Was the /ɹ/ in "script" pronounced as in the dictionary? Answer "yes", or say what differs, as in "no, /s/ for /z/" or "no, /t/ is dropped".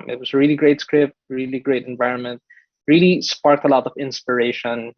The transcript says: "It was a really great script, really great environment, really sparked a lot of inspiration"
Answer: yes